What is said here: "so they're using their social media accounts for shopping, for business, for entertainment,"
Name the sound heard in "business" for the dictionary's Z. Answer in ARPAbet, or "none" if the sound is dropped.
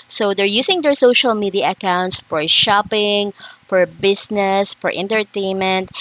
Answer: S